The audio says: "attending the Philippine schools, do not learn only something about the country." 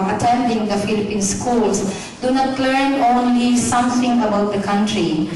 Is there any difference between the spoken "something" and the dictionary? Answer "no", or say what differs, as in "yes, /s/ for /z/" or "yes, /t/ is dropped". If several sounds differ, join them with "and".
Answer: yes, /t/ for /θ/